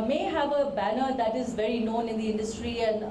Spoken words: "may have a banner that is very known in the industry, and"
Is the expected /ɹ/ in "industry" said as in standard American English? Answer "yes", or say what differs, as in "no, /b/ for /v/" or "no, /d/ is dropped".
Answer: yes